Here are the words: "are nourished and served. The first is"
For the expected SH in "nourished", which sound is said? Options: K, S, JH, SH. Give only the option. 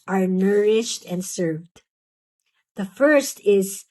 SH